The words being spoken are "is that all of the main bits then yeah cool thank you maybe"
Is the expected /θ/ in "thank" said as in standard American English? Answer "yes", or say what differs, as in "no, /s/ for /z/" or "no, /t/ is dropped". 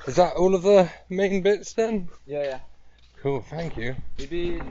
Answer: yes